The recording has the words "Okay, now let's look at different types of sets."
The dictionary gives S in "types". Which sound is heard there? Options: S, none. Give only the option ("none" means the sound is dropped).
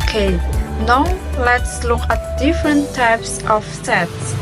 S